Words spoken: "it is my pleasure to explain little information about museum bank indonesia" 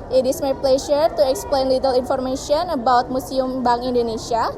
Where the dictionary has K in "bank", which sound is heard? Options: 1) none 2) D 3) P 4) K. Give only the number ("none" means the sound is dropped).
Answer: 1